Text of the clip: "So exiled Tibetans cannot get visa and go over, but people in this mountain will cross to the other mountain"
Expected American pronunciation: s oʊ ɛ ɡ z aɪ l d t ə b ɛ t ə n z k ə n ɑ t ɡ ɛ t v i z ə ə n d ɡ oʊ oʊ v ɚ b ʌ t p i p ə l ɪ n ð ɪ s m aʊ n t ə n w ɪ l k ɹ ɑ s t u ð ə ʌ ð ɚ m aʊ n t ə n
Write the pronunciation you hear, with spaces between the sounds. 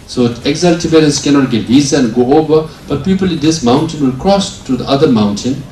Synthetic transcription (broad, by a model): s oʊ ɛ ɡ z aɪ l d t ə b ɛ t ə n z k ə n ɑ t ɡ ɛ t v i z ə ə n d ɡ oʊ oʊ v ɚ b ʌ t p i p ə l ɪ n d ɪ s m aʊ n t ə n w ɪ l k ɹ ɑ s t u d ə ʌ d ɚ m aʊ n t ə n